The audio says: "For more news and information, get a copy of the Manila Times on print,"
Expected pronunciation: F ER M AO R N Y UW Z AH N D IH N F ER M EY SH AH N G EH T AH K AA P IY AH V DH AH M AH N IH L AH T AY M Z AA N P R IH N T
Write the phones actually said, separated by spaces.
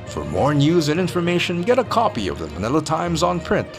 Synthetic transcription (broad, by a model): F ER M AO R N Y UW Z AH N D IH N F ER M EY SH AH N G EH T AH K AA P IY AH V DH AH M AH N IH L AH T AY M Z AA N P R IH N T